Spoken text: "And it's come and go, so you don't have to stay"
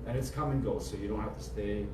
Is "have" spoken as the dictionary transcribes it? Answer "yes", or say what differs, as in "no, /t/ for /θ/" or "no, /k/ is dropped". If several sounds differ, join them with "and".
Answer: no, /f/ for /v/